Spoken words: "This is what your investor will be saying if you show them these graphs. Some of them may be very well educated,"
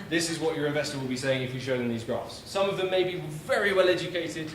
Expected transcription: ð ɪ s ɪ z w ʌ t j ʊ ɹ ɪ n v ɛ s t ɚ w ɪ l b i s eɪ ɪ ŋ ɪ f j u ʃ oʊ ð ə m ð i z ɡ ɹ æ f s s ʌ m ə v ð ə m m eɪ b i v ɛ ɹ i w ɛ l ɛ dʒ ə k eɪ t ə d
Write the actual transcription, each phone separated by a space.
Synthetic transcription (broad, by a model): ð ɪ s ɪ z w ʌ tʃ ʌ ɹ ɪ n v ɛ s t ɚ w ɪ l b i s eɪ ɪ ŋ ɪ f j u ʃ oʊ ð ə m ð i z ɡ ɹ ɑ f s s ʌ m ə v ð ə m m eɪ b i v ɛ ɹ i w ɛ l ɛ dʒ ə k eɪ t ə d